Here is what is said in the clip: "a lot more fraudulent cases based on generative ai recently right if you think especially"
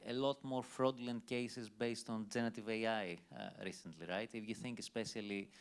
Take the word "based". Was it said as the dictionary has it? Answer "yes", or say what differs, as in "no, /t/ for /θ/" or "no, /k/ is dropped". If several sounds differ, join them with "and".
yes